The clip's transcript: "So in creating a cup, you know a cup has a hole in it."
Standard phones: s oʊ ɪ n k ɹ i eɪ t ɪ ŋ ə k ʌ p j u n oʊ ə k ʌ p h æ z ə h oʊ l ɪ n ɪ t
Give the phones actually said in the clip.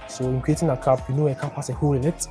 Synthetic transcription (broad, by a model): s oʊ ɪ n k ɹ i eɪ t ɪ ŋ ə k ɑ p j u n oʊ ə k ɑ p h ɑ s ə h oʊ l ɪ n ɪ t